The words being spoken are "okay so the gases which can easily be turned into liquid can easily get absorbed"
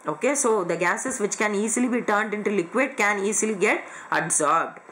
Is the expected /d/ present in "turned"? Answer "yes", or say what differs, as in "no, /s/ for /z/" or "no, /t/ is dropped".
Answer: yes